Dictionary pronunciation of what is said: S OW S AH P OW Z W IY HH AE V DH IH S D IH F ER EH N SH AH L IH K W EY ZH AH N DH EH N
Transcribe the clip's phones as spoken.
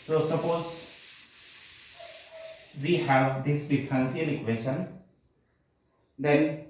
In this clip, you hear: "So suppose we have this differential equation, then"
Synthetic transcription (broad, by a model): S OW S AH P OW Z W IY HH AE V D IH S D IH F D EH N S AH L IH K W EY SH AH N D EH N